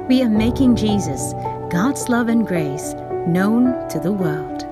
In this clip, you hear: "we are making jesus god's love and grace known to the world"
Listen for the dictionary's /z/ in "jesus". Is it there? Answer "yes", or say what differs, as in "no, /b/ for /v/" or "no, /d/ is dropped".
yes